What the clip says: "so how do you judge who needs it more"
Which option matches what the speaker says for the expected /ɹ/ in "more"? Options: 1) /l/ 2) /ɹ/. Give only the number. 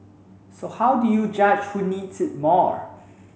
2